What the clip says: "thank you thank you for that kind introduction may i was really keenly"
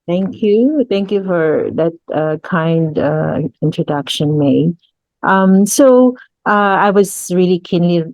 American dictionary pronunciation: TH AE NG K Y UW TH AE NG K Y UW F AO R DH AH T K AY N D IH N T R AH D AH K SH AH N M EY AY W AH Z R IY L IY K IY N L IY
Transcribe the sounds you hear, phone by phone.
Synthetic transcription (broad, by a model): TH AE NG K Y UW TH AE NG K Y UW F AO R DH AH T K AY N D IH N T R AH D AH K SH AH N M EY AY W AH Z R IY L IY K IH N L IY